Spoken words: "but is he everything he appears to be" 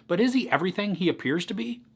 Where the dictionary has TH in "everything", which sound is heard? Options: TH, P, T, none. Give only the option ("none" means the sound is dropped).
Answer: TH